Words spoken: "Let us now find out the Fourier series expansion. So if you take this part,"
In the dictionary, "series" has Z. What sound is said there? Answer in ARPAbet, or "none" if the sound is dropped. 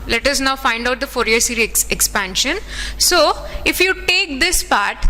none